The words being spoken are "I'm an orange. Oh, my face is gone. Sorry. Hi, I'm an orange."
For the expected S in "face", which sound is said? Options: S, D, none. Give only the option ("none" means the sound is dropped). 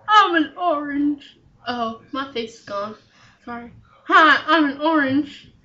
none